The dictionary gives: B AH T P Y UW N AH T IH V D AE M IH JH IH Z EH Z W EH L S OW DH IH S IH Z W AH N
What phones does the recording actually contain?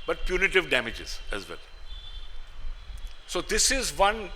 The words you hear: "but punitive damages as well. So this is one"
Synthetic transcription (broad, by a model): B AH T P Y UW N AH T IH V D AE M IH JH IH Z EH Z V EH L S OW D IH S IH Z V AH N